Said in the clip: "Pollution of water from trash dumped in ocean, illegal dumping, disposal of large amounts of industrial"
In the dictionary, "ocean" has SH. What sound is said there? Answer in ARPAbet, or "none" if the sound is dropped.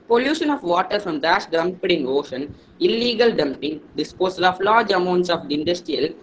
SH